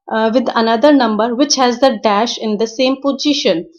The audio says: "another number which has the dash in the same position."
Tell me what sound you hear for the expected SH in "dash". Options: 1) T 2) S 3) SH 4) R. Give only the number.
3